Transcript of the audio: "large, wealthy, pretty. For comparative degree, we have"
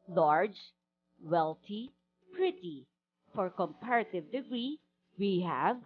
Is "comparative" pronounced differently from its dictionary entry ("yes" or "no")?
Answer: no